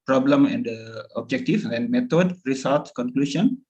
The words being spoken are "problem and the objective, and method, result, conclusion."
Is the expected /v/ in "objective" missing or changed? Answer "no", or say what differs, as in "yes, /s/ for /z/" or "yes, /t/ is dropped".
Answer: yes, /f/ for /v/